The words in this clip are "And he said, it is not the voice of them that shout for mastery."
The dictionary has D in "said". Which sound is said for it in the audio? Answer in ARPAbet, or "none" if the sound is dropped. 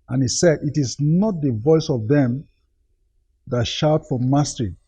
D